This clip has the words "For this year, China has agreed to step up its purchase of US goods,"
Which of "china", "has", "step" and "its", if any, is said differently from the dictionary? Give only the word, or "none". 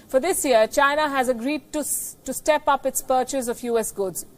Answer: none